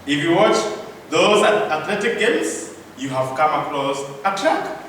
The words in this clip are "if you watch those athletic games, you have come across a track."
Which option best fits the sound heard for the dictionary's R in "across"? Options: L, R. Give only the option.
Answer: L